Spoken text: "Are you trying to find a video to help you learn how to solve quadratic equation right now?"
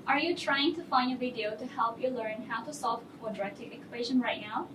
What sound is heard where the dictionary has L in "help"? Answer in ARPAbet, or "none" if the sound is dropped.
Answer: L